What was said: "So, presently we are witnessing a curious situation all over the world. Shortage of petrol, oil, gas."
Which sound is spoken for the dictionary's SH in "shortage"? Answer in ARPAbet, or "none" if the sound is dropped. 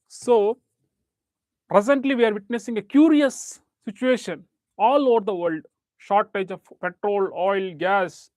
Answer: SH